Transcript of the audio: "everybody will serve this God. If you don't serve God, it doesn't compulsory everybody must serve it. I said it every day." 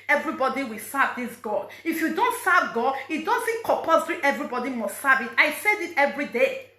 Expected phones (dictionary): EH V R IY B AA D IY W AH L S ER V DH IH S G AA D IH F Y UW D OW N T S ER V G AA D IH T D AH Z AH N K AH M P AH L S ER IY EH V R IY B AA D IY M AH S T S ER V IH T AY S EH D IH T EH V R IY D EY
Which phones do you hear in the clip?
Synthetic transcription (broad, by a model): EH V R IY B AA D IY W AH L S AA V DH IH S G AA D IH F Y UW D OW N T S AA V G AA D IH T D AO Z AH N K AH P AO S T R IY EH V R IY B AA D IY M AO S T S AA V IH T AY S EH D IH T EH V R IY D EY